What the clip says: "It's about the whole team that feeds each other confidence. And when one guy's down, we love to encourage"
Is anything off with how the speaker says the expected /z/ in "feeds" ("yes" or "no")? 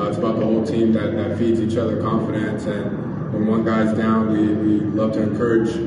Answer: no